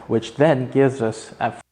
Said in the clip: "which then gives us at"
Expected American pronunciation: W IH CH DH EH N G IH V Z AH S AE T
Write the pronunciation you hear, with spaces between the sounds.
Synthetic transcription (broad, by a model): W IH CH DH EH N G IH V Z AH S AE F